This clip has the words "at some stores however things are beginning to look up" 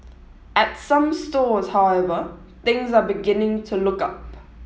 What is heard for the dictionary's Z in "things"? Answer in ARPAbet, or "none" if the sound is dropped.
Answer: Z